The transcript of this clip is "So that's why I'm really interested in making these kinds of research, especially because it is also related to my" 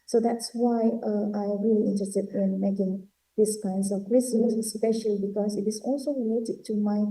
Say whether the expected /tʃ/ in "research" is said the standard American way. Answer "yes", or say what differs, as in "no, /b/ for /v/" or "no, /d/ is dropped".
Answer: no, /s/ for /tʃ/